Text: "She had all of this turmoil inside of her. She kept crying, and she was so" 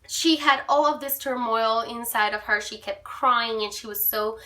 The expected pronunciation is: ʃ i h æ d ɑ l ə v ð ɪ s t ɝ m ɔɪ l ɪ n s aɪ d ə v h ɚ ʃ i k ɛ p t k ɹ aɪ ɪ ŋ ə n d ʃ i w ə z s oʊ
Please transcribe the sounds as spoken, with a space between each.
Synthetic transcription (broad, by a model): ʃ i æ d ɑ l ə v ð ɪ s t ɝ m ɔɪ l ɪ n s aɪ d ə v ɚ ʃ i k ɛ p t k ɹ aɪ ɪ ŋ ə n ʃ i w ə z s oʊ